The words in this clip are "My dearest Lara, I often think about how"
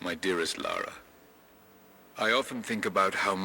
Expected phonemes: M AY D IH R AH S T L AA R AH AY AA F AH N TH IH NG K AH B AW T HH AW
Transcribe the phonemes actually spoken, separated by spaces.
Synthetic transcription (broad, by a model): M AY D IH R AH S T L AA R AH AY AA F AH N TH IH NG K AH B AW T HH AW